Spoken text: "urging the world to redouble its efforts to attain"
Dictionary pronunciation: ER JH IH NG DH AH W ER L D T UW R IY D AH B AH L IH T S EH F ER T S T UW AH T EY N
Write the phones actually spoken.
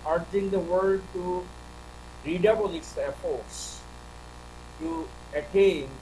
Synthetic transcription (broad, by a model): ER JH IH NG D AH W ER D T UW R IY D AH B AH L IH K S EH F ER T S T UW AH T EY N